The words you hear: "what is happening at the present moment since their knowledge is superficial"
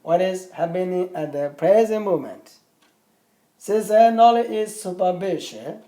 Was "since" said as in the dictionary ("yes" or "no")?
no